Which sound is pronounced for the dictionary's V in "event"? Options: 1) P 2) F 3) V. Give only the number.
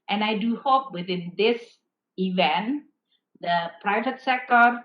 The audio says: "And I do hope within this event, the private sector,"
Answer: 3